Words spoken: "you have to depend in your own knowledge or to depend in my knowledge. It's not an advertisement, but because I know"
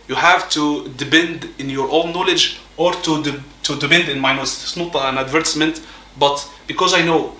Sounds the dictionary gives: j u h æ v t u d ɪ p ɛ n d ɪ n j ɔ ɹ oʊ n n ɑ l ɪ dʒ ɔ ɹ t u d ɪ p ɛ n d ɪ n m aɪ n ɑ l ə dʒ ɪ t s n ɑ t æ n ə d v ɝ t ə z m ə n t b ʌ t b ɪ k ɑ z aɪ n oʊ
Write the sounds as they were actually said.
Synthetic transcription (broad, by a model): j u h æ v t u d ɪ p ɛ n d ɪ n j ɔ ɹ oʊ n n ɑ l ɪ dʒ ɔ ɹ t u d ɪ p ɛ n d ɪ n m aɪ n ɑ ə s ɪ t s n ɑ t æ n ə d v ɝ t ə s m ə n t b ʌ t b ɪ k ɑ z aɪ n oʊ